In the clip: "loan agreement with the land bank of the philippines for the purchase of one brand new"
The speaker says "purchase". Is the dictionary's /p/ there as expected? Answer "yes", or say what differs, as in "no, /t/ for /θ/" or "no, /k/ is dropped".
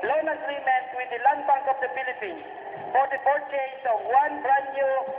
no, /b/ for /p/